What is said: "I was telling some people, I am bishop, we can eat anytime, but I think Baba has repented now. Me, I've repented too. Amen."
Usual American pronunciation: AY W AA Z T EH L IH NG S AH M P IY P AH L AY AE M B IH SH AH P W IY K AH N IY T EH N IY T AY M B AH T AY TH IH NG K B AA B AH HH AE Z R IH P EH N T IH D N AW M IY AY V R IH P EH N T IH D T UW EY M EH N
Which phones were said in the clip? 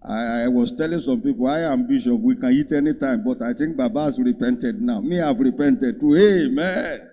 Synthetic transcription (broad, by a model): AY W AA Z T EH L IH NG S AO M P IY P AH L AY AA M B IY SH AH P W IY K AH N IY T EH N IY T AY M B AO T AY T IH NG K B AA B AH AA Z R IH P EH N T IH D N AW M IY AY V R IH P EH N T IH D T UW EY M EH N